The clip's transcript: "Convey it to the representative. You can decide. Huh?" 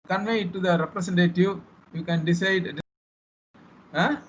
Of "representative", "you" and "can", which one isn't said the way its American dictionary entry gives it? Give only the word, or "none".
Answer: representative